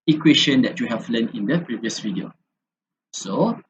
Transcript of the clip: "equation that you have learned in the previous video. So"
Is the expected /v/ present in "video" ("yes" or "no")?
no